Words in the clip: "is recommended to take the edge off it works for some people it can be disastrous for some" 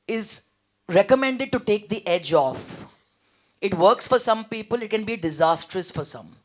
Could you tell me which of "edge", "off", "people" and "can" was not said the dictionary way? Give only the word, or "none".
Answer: none